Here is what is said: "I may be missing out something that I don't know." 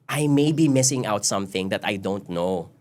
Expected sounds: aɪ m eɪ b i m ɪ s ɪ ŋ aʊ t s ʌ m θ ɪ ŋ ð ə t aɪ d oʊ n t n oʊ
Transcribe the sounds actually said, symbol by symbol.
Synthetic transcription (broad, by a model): aɪ m eɪ b i m ɪ s ɪ ŋ aʊ t s ʌ m θ ɪ ŋ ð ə t aɪ d oʊ n t n oʊ